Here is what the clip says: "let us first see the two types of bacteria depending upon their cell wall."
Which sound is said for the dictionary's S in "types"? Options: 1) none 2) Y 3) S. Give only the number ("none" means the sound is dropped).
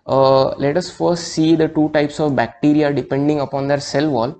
3